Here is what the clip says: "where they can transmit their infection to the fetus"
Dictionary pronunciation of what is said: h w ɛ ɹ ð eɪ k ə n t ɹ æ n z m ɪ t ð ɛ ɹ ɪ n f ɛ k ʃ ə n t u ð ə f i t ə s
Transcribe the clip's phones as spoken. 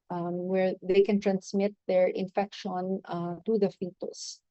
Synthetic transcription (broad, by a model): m w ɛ ɹ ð eɪ k ə n t ɹ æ n s m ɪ t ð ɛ ɹ ɪ n f ɛ k ʃ ə n t u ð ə f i t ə s